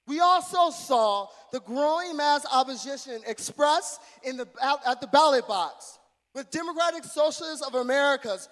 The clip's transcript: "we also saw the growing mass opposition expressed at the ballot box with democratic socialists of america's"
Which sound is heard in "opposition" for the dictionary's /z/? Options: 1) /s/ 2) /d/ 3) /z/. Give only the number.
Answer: 3